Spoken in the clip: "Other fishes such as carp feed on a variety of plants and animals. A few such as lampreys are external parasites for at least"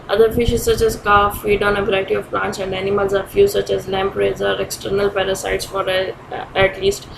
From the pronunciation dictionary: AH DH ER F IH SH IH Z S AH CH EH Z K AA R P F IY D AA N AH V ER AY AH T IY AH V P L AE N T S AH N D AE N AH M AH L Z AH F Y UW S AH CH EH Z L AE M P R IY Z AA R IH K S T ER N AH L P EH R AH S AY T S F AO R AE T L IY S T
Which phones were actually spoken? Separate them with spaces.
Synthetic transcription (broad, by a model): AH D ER F IH SH IH Z S AH CH EH Z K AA F IY D AA N AH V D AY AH T IY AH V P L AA N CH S AH N D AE N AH M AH L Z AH F Y UW S AH CH EH Z L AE M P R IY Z AA R IH K S T ER N AH L P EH R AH S AY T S F AO R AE T L IY S T